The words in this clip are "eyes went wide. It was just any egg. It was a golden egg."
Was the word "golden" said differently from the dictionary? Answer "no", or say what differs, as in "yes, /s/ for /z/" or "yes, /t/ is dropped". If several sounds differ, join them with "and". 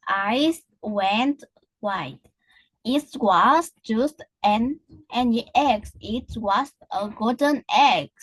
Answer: yes, /l/ is dropped